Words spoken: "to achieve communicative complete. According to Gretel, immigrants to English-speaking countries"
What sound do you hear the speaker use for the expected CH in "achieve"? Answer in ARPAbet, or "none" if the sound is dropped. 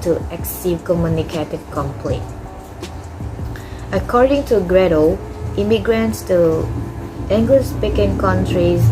S